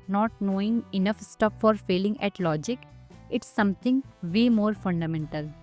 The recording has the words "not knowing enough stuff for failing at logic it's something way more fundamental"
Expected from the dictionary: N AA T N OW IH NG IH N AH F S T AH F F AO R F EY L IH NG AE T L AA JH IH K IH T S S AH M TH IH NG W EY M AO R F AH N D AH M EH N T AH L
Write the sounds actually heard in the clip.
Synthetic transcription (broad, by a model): N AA T N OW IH NG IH N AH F S T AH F F AO R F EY L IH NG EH T L AA JH IH K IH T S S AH M T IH NG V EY M AO R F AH N D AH M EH N T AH L